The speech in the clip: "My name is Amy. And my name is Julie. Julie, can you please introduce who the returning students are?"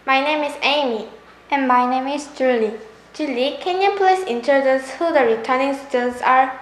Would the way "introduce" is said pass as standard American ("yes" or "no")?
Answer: no